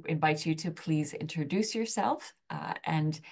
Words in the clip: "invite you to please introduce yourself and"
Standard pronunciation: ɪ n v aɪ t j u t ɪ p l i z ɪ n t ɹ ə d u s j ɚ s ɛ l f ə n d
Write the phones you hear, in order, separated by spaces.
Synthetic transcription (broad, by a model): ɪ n v aɪ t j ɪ t ɪ p l i z ɪ n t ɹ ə d u s j ɚ s ɛ l f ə n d